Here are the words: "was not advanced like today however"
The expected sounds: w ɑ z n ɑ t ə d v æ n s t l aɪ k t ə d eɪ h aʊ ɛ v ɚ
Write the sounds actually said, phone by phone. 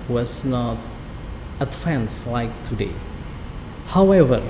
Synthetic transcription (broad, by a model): w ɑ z n ɑ t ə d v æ n s l aɪ k t ə d eɪ h aʊ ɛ v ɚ